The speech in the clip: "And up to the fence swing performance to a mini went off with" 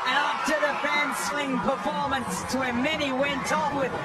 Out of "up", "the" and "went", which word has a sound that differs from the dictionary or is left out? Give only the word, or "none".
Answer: up